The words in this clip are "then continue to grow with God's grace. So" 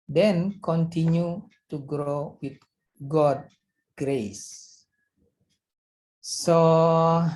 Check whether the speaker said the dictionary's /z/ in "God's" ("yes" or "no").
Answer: no